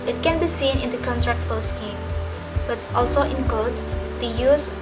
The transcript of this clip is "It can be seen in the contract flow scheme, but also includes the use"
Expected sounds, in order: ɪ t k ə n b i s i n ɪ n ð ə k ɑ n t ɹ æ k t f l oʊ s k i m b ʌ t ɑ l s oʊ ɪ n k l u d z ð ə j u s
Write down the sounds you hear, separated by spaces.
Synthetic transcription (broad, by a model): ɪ t k ə n b i s i n ɪ n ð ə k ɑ n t ɹ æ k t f oʊ s k i m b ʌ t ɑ l s oʊ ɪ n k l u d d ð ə j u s